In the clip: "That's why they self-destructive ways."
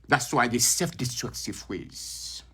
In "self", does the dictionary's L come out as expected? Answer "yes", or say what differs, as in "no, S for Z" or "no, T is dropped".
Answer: no, L is dropped